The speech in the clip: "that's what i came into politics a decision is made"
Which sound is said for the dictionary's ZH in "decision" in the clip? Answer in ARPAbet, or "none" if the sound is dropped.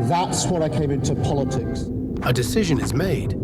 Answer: ZH